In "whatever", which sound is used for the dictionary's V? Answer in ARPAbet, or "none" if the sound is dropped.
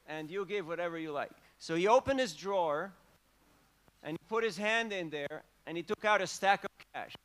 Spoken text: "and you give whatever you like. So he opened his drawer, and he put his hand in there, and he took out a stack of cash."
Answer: V